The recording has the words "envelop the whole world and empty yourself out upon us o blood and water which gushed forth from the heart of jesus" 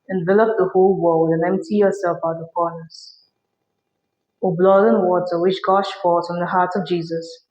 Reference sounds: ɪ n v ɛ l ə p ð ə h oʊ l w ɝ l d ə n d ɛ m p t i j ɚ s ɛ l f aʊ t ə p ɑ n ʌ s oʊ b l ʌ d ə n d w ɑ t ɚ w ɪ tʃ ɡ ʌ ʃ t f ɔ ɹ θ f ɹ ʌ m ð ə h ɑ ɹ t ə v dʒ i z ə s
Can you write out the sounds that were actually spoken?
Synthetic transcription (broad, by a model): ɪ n v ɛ l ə p ð ə h oʊ l w ɝ l d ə n ɛ m p t i j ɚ s ɛ l f aʊ t ə p ɑ n ʌ s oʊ b l ʌ d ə n w ɑ t ɚ w ɪ tʃ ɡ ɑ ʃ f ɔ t f ɹ ʌ m ð ə h ɑ ɹ t ə v dʒ i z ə s